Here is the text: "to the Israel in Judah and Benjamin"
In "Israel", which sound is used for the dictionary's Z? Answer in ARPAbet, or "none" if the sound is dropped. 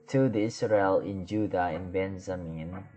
S